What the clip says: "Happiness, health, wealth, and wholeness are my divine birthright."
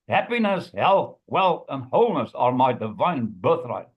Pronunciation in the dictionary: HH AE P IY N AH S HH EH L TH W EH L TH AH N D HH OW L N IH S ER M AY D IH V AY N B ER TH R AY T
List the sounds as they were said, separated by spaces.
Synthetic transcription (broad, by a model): HH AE P IY N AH S HH EH L TH W EH L TH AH N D HH OW L N IH S ER M AY D IH V AY N B ER TH R AY T